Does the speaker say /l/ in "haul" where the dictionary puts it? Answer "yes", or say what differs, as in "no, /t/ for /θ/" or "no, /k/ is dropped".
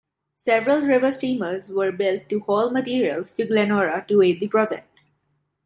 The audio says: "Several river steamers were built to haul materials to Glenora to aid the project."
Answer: yes